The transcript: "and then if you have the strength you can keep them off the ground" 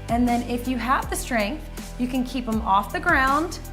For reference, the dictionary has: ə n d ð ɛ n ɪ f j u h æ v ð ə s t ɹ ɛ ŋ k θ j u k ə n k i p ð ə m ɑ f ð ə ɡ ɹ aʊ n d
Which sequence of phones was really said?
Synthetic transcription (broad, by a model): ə n ð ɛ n ɪ f j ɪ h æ v ð ə s t ɹ ɛ ŋ k θ j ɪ k ə n k i p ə m ɑ f ð ə ɡ ɹ aʊ n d